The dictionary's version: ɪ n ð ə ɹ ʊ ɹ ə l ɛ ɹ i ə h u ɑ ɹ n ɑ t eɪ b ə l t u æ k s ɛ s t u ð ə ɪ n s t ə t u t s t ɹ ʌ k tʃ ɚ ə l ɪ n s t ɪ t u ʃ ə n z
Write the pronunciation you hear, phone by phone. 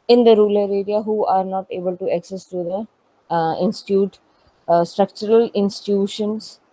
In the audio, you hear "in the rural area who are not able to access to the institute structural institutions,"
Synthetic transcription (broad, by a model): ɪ n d ə ɹ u l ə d ɛ ɹ i ə h u ɑ ɹ n ɑ t eɪ b ə l t u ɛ k s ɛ s t u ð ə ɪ n s t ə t u t s t ɹ ʌ k tʃ ɚ ə l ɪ n s t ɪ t u ʃ ə n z